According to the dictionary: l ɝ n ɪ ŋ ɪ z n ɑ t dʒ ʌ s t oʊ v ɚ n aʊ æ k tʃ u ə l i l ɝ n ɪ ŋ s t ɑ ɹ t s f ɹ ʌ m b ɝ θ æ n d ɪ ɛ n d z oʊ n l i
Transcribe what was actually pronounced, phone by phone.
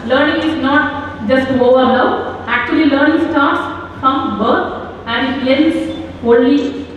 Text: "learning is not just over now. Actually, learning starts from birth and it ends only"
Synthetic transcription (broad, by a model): l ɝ n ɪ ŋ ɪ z n ɑ t dʒ ʌ s t oʊ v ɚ l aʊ æ k tʃ u ə l i l ɝ n ɪ ŋ s t ɑ ɹ t s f ɹ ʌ m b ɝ t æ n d ɪ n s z oʊ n l i